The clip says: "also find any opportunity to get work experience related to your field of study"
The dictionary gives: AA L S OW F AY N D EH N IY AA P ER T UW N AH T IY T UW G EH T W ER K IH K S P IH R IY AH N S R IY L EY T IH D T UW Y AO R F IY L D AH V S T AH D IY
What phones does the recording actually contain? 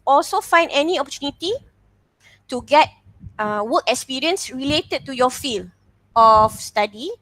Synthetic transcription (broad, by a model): AA L S OW F AY N D EH N IY AA P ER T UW N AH T IY T UW G EH T W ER K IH K S P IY R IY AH N S R IY L EY T IH D T UW Y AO F IY L AH F S T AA D IY